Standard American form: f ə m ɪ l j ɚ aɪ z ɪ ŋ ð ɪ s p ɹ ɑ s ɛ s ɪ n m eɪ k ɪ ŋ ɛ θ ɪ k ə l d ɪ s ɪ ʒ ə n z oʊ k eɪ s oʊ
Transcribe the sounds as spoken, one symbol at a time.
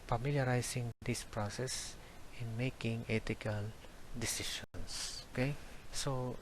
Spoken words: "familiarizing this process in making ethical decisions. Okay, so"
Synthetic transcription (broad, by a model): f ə m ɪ l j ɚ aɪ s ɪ ŋ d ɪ s p ɹ ɑ s ɛ s ɪ n m eɪ k ɪ ŋ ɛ t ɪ k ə l d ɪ s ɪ ʃ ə n s oʊ k eɪ s oʊ